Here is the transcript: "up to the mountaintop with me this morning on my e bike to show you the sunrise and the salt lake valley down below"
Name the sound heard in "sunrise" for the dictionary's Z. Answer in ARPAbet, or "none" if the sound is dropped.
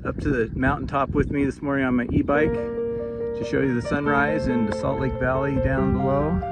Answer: Z